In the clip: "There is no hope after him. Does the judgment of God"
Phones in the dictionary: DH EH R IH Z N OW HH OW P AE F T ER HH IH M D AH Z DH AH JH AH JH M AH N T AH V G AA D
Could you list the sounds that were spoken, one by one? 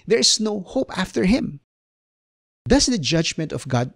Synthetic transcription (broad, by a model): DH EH R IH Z N OW HH OW P AE F T ER HH IH M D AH S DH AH JH AH JH M AH N T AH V G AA D